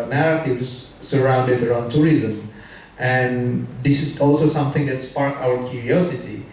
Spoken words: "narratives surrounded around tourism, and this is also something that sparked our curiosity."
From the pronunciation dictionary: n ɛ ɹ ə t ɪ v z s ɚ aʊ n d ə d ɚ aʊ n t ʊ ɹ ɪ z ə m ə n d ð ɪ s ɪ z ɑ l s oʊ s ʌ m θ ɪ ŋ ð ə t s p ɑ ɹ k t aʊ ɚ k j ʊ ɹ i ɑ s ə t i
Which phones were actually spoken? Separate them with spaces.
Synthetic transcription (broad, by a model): n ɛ ɹ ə t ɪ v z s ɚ aʊ n d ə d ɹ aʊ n t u ɹ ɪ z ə m ə n d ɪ s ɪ s ɑ l s oʊ s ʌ m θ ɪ ŋ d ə t s p ɑ ɹ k aʊ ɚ k j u ɹ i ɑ s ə t i